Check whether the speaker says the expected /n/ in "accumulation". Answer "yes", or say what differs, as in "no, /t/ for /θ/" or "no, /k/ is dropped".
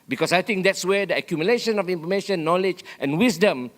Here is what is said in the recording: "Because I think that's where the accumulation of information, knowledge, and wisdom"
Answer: yes